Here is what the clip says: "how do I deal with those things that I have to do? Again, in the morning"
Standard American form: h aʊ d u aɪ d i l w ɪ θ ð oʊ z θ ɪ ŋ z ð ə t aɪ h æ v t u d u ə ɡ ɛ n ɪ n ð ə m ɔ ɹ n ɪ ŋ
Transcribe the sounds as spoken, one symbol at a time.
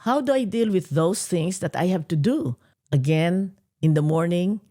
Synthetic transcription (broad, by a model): h aʊ d u aɪ d i l w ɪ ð oʊ s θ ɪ ŋ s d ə t aɪ h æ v t u d u ə ɡ ɛ n ɪ n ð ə m ɔ ɹ n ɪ ŋ